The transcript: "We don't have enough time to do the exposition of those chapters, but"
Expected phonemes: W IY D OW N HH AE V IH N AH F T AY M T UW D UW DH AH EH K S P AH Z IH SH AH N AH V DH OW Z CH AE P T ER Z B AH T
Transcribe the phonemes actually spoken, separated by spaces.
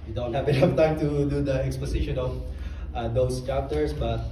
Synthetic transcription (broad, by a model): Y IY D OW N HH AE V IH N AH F T AY M T UW D UW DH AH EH K S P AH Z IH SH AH N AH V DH OW S CH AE P T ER S B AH T